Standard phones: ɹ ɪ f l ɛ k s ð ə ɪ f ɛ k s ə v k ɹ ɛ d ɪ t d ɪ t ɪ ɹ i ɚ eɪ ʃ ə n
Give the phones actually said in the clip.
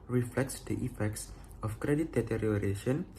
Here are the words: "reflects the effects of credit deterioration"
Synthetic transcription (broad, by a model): ɹ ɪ f l ɛ k s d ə ɪ f ɛ k s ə f k ɹ ɛ d ɪ t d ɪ t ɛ ɹ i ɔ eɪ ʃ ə n